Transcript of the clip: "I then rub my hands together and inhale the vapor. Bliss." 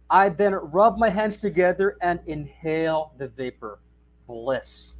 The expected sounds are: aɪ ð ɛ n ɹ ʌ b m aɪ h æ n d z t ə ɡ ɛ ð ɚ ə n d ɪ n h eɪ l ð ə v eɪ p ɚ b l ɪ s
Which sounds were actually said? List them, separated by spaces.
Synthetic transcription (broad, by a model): aɪ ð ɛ n ɹ ʌ b m aɪ h æ n d z t ə ɡ ɛ ð ɚ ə n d ɪ n h eɪ l ð ə v eɪ p ɚ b l ɪ s